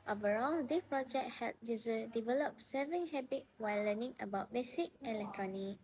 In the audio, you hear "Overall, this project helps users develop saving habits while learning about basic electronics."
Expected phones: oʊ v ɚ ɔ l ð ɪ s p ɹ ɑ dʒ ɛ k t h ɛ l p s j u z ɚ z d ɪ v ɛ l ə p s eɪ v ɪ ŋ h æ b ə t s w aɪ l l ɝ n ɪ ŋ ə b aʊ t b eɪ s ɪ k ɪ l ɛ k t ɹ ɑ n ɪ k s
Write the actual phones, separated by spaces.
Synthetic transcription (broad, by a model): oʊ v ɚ ɔ l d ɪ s p ɹ ɑ dʒ ɛ k t h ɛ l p j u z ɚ d ɪ v ɛ l ə p s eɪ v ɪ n h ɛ b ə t w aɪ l l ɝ n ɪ ŋ ə b aʊ t b eɪ s ɪ k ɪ l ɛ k t ɹ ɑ n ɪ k